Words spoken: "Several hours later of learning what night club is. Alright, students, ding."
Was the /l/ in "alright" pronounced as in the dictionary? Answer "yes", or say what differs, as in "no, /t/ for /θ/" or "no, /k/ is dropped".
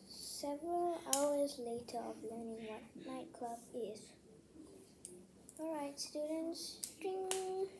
yes